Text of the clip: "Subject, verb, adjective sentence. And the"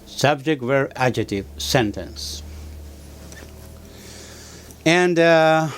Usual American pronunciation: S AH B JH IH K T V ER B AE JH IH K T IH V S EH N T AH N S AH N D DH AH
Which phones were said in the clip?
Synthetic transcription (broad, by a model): S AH B JH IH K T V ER AE JH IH T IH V S EH N T AH N S AH N D